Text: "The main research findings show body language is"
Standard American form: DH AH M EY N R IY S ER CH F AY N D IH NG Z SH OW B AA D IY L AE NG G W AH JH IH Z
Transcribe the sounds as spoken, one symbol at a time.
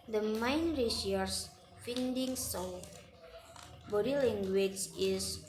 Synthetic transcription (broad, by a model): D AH M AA N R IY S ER S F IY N D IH NG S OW B AA D IY L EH NG G W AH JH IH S